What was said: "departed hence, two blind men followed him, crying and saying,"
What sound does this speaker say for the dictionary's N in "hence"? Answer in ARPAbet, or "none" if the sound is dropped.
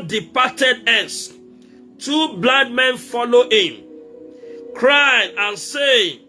none